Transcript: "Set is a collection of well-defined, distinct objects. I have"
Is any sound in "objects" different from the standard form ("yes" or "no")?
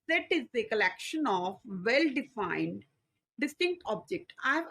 yes